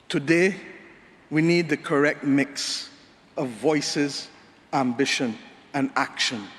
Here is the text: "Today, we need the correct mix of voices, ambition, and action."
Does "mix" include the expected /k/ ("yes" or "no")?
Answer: yes